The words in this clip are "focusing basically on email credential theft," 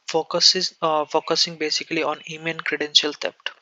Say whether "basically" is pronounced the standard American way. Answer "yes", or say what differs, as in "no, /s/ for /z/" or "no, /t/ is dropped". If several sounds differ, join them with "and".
yes